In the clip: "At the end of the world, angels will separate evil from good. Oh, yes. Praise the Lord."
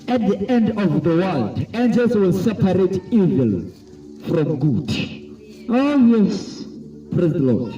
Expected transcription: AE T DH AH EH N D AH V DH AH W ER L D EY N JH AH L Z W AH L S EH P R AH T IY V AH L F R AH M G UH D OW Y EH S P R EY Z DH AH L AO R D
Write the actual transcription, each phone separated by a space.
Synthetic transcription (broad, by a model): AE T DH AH EH N D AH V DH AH W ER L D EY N JH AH L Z W AH L S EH P R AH T IY V AH L F R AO M G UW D OW Y EH S P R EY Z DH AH L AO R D